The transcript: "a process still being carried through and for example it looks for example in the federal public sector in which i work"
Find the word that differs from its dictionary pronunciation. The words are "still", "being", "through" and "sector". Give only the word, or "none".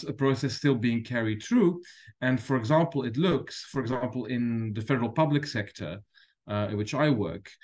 none